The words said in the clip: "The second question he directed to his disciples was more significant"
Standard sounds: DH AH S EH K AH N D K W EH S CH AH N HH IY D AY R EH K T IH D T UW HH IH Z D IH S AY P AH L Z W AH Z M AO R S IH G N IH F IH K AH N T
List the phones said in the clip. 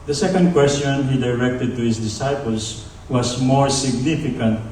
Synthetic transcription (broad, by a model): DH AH S EH K AH N D K W EH S CH AH N HH IY D AY R EH K T IH D T UW HH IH S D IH S AY P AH L S W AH S M AO R S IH G N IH F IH K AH N T